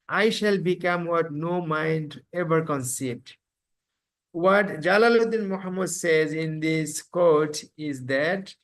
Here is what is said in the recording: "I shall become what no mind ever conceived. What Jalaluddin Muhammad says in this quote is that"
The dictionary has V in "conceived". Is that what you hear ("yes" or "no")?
no